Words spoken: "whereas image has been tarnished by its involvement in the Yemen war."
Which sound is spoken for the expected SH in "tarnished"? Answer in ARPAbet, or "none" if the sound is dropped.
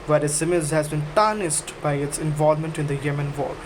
S